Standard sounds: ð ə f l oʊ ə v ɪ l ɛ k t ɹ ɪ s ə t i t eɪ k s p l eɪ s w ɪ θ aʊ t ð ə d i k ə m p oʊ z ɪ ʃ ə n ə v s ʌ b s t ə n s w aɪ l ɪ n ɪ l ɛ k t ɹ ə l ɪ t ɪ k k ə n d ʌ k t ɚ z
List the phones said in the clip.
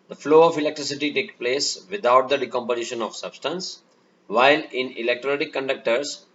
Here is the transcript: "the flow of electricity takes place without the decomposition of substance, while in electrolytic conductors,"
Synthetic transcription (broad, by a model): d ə f l oʊ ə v ɪ l ɛ k t ɹ ɪ s ə t i t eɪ k p l eɪ s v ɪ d aʊ t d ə d i k ə m p oʊ z ɪ ʃ ə n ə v s ʌ b s t ə n s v aɪ l ɪ n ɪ l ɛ k t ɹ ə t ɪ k k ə n d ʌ k t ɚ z